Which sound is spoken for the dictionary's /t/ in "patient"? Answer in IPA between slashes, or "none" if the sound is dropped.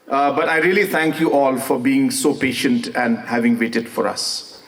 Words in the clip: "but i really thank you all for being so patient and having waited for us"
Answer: /t/